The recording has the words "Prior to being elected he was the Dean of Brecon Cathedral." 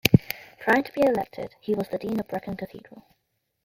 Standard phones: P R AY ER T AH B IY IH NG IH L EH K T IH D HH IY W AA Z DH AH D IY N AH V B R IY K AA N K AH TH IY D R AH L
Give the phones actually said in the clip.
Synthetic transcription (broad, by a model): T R AY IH T AH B IY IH IH L EH K T IH D HH IY W AA Z DH AH D IY N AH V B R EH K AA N K AH TH IY D R AH L